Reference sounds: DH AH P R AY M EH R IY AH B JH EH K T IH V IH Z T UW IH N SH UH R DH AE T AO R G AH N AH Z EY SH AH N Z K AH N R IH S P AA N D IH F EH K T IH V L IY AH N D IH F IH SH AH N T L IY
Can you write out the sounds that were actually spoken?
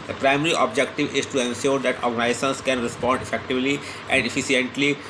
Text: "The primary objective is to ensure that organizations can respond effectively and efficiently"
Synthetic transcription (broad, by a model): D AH P R AY M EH R IY AH B JH EH K T IH V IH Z T UW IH N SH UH R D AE T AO R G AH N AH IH S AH N S K AH N R IH S P AA N D IH F EH K T IH V L IY AH N D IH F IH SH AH N T L IY